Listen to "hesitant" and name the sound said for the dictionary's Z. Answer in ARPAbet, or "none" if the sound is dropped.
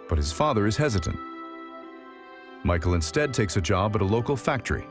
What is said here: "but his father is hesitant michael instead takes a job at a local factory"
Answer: Z